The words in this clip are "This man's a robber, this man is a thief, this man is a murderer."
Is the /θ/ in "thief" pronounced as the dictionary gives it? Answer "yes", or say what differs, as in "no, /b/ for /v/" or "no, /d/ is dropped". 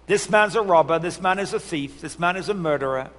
yes